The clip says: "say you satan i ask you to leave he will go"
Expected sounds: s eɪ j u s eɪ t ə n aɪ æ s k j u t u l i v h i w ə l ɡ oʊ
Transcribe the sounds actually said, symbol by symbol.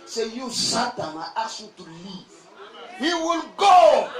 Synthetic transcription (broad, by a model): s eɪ j u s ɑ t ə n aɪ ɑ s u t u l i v h i w ə l ɡ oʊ